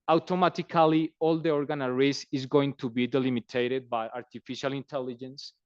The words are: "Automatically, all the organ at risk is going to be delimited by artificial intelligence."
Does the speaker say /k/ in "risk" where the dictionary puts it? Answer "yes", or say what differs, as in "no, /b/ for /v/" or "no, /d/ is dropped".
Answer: no, /k/ is dropped